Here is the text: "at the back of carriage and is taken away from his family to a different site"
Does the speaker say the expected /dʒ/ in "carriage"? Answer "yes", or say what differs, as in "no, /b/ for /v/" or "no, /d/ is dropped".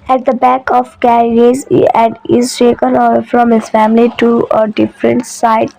no, /z/ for /dʒ/